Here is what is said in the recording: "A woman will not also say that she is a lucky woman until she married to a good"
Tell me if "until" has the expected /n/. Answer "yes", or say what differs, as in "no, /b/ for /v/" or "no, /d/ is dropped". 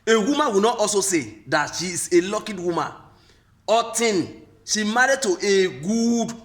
no, /n/ is dropped